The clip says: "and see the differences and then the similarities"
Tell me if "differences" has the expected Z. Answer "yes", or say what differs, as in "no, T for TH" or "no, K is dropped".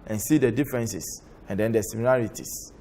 no, S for Z